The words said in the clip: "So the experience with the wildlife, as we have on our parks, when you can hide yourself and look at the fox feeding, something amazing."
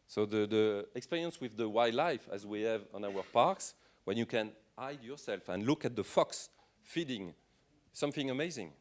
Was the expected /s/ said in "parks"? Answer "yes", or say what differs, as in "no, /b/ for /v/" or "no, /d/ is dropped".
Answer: yes